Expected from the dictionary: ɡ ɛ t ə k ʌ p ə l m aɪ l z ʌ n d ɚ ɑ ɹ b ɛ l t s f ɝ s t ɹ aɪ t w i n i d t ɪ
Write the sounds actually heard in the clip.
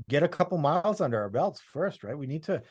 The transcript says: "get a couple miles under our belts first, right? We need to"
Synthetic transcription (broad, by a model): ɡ ɛ t ə k ʌ p l m aɪ l z ʌ n d ɚ ɑ ɹ b ɛ l t s f ɝ s t ɹ aɪ t w i n i d t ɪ